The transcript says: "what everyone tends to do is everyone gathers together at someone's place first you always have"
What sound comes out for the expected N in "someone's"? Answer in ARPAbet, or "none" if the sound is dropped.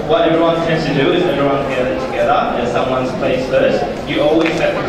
N